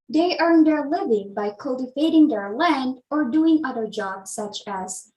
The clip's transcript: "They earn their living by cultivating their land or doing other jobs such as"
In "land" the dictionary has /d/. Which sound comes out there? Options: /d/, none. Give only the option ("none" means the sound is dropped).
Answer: /d/